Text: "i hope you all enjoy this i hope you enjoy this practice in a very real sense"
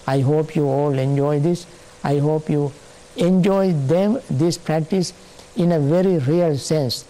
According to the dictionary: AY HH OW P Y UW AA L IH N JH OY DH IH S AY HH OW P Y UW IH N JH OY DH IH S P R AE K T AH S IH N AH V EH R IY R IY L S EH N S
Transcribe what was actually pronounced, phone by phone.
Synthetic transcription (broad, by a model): AY HH OW P Y UW AA L IH N JH OY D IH S AY HH OW P Y UW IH N JH OY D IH S P R AE K T AH S IH N AH V EH R IY R IY L S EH N S